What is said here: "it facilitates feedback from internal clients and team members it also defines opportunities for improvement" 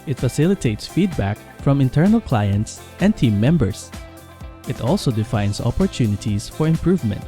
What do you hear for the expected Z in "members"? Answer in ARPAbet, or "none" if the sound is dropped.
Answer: S